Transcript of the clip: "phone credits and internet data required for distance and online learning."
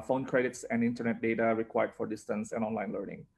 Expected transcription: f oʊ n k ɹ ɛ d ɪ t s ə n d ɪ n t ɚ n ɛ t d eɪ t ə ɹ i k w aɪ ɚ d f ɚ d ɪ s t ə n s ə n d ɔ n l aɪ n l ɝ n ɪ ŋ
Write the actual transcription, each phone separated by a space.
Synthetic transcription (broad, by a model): f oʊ n k ɹ ɛ d ɪ t s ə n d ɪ n t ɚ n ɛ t d eɪ t ə ɹ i k w aɪ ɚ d f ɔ d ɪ s t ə n s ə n ɔ n l aɪ n l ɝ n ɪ ŋ